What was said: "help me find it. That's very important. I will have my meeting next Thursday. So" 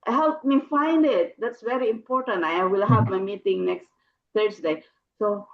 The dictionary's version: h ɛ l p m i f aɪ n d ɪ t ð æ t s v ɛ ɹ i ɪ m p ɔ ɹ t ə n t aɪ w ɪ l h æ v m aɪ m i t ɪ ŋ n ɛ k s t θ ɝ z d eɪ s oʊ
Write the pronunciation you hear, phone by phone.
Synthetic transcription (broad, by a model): h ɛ l p m i f aɪ n d ɪ t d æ t s v ɛ ɹ i ɪ m p ɔ ɹ t ə n t aɪ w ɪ l h æ v m aɪ m i t ɪ ŋ n ɛ k s t t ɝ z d eɪ s oʊ